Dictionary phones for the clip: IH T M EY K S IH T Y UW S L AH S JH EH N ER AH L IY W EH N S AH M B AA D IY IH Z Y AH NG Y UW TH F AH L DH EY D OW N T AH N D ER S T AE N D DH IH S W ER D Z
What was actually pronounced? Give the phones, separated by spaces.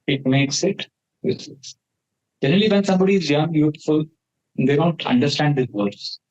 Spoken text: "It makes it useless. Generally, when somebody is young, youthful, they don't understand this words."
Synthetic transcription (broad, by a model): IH T M EY K S IH T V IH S AH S JH EH N ER AH L IY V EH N S AH M B AA D IY IH Z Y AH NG Y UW T F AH L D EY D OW N T AH N D ER S T AE N D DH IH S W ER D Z